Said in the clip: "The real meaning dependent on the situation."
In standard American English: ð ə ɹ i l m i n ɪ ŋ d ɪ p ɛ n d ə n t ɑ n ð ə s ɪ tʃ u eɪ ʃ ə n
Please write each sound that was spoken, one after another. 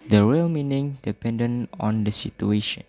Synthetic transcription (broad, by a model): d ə ɹ i l m i n ɪ ŋ d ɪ p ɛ n d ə n ɑ n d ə s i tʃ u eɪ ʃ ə n